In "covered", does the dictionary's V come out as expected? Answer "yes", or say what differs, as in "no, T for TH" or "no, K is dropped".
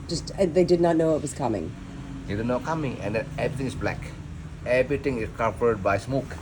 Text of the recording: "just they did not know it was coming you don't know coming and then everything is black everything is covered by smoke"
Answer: no, P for V